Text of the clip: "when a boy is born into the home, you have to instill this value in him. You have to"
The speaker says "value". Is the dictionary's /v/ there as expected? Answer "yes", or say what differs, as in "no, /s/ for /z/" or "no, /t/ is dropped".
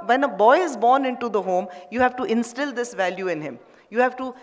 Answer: yes